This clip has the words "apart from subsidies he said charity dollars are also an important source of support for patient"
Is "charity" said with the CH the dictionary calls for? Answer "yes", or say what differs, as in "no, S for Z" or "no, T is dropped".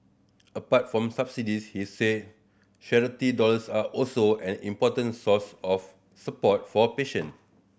no, SH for CH